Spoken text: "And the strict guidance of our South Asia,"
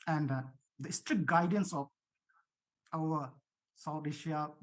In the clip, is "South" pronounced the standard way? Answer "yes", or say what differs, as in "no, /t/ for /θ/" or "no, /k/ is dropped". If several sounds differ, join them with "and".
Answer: no, /t/ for /θ/